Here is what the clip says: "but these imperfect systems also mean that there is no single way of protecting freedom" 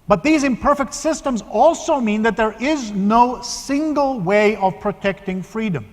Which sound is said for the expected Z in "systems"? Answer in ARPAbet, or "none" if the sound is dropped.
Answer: Z